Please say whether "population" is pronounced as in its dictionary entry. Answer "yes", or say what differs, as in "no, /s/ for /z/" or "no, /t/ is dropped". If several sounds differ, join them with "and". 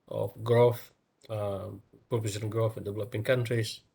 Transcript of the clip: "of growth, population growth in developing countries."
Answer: no, /s/ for /ʃ/